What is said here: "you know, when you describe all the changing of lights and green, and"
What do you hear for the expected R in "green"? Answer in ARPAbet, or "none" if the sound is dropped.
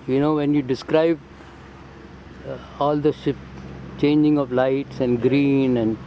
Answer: R